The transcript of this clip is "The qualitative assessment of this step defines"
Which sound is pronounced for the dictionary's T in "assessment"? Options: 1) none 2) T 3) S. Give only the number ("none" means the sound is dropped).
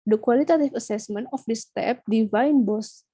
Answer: 1